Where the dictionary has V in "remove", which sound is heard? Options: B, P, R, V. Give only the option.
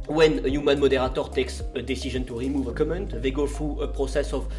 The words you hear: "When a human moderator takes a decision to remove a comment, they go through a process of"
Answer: V